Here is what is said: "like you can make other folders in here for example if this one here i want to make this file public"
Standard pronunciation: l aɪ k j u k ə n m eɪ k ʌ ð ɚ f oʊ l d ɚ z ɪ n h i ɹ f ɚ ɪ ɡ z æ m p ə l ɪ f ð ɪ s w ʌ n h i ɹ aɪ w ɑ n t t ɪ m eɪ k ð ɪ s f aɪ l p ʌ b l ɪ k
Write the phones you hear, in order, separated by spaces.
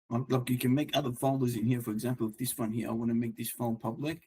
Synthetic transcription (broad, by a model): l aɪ k j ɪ k ə n m eɪ k ʌ ð ɚ f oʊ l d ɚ z ɪ n h i ɹ f ɚ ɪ ɡ z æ m p l ɪ f ð ɪ s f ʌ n h i ɹ aɪ w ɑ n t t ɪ m eɪ k ð ɪ s f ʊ n p ʌ b l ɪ k